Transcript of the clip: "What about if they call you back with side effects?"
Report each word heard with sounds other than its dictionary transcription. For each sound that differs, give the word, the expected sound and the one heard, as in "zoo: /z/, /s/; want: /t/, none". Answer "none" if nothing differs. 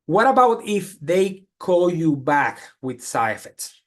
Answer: side: /d/, none